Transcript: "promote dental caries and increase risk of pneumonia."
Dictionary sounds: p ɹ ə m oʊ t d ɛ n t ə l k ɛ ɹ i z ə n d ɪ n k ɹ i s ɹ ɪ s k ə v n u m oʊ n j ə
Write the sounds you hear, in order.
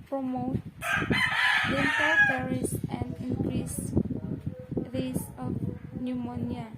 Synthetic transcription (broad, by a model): p ɹ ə m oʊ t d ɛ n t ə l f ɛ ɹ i s ə n d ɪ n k ɹ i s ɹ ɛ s ə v n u m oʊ n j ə